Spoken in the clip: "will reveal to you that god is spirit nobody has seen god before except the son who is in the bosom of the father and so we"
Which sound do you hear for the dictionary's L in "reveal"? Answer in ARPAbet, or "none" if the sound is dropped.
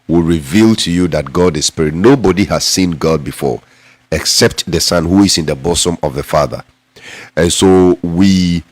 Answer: L